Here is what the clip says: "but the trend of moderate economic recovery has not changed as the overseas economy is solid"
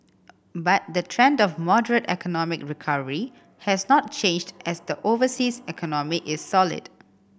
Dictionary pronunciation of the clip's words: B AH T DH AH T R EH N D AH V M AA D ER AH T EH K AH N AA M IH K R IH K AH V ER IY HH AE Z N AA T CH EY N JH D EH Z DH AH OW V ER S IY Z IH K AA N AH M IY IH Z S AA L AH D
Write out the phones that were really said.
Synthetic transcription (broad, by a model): B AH T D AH T R EH N D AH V M AA D ER AH T EH K AH N AA M IH K R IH K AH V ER IY HH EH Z N AA T CH EY N JH D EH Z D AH OW V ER S IY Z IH K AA N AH M IY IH S AA L AH D